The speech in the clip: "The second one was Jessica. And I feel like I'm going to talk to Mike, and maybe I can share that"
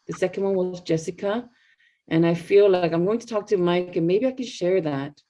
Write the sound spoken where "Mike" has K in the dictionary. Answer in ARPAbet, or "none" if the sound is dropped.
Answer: K